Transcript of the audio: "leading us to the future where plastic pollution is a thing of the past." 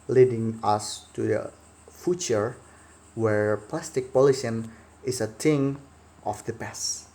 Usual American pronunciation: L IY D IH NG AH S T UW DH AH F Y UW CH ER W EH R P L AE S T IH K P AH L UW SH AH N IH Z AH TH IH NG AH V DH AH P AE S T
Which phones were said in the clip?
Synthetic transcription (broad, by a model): L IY D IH NG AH S T UW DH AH F Y UW CH ER W EH R P L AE S T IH K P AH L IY S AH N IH S AH T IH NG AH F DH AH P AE S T